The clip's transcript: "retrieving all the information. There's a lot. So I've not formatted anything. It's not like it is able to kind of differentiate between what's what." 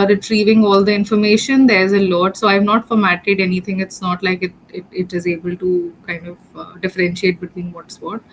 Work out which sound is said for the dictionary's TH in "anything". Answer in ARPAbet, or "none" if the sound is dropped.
T